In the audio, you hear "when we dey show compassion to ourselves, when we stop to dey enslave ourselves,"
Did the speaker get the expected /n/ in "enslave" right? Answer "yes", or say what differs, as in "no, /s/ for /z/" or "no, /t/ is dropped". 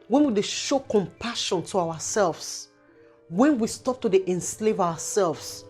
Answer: yes